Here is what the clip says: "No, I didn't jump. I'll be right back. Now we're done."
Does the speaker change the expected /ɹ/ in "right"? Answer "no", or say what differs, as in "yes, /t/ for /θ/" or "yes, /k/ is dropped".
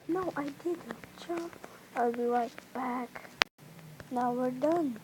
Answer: yes, /w/ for /ɹ/